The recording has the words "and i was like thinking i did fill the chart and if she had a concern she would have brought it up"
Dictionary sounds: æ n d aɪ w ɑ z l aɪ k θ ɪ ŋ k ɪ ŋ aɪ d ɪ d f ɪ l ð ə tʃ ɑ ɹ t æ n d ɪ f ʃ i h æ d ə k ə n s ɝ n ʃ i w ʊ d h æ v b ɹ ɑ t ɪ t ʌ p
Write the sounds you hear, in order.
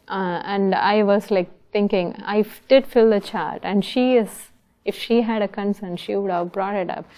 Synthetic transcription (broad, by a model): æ n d aɪ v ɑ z l aɪ k t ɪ ŋ k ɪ ŋ aɪ d ɪ d f ɪ l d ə tʃ ɑ ɹ t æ n d ɪ f ʃ i h æ d ə k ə n s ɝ n ʃ i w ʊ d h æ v b ɹ ɑ t ɪ t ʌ p